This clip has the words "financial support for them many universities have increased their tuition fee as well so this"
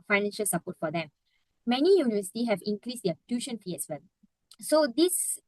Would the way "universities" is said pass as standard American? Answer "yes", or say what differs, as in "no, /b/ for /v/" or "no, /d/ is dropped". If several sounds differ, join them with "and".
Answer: no, /z/ is dropped